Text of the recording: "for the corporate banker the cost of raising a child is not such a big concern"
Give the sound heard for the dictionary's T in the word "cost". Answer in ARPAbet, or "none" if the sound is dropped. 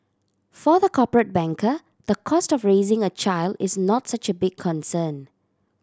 T